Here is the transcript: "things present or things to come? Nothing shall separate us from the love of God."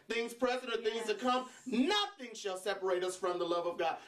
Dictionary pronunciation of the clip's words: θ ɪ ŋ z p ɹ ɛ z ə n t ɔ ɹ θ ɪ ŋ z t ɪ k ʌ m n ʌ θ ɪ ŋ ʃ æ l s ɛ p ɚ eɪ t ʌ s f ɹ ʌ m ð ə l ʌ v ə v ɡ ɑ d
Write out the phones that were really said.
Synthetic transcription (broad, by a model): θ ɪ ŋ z p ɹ ɛ z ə t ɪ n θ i z t ɪ k ʌ m n ʌ θ ɪ ŋ ʃ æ l s ɛ p ɚ eɪ t ʌ s f ɹ ʌ m ð ə l ʌ v ə v ɡ ɑ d